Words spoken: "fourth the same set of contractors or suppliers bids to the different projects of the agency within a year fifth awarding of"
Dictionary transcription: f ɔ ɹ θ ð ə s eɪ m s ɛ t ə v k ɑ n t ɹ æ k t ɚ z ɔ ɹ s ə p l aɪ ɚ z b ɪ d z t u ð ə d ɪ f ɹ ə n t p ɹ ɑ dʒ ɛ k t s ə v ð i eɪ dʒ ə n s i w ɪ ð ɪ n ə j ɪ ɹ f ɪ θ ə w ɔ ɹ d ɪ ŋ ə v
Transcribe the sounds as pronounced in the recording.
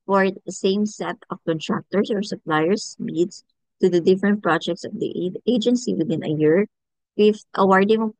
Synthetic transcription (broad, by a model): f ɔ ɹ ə s eɪ m s ɛ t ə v k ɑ n t ɹ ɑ k t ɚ s ɔ ɹ s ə p l aɪ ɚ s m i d s t u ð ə d ɪ f ɹ ə n t p ɹ ɑ dʒ ɛ k t s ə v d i eɪ dʒ ə n s i w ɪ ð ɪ n ə j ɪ ɹ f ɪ f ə w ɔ ɹ d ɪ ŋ